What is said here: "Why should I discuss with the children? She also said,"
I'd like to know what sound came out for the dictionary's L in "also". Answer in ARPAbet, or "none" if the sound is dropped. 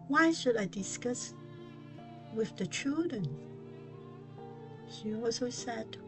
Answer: none